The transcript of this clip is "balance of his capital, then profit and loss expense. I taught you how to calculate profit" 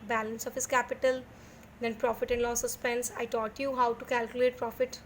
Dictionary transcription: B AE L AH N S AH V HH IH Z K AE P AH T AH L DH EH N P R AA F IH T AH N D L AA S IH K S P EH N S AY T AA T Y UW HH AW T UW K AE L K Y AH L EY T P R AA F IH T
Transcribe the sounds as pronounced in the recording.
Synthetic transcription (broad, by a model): B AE L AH N S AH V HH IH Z K AE P AH T AH L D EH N P R AA F IH T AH N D L AA S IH S P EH N S AY T AA T Y UW HH AW T UW K AE L K Y AH L EY T P R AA F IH T